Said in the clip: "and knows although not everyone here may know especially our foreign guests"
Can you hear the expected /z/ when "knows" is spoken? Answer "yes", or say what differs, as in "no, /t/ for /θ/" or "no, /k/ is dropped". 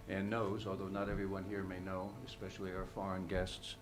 yes